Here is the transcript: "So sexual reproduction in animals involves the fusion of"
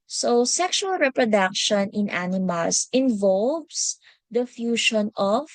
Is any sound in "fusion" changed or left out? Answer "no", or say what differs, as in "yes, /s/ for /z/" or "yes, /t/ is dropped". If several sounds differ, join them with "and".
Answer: yes, /ʃ/ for /ʒ/